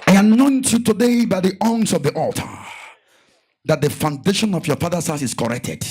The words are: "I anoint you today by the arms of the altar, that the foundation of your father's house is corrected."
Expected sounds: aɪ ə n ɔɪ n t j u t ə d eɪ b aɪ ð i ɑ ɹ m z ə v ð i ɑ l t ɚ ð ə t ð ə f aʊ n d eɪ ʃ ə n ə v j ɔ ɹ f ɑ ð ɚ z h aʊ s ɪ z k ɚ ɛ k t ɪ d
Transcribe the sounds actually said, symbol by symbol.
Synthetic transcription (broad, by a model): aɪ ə n ɔɪ n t j u t ə d eɪ b aɪ ð i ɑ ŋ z ə v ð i ɑ l t ɚ ð ə t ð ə f aʊ n d eɪ ʃ ə n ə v j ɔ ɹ f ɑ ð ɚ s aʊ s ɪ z k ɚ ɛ k t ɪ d